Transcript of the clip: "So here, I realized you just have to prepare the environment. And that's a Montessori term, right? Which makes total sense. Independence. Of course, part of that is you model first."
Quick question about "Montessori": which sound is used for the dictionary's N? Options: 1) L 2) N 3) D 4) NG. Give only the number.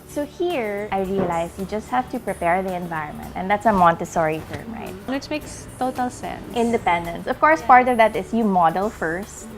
2